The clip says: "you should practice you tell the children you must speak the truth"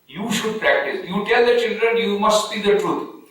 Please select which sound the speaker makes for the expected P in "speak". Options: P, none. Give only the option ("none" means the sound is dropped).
none